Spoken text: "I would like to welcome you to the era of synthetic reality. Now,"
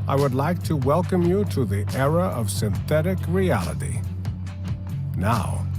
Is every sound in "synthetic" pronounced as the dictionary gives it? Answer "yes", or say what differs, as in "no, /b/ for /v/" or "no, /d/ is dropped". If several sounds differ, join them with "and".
yes